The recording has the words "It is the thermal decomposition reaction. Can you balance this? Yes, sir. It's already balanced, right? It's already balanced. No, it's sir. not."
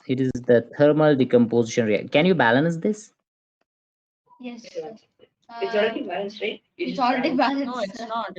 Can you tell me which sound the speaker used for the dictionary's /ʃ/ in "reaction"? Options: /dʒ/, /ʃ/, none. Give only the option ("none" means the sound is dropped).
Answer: none